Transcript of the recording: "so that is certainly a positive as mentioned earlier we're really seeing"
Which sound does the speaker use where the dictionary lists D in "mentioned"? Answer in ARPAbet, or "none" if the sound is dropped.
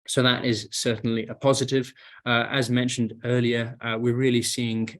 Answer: D